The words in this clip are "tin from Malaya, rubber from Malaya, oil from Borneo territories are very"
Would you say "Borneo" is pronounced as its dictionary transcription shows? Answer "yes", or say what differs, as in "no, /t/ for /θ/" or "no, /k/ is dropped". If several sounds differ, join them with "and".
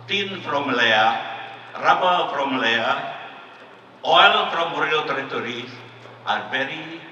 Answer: no, /n/ is dropped